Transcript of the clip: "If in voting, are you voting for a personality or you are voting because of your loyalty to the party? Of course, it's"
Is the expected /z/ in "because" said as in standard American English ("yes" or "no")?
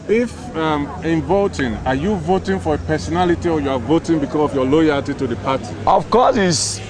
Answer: no